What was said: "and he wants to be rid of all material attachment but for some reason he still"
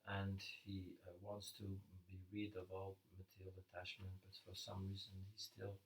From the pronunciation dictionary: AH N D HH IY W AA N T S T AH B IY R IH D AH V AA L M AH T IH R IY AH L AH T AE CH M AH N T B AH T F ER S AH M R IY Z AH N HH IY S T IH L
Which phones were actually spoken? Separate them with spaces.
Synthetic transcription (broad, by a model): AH N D HH IY W AA N T S T AH B IY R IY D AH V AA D M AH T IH R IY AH L AH T AE CH M AH N T B AH T F ER S AH M R IY Z AH N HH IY S T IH L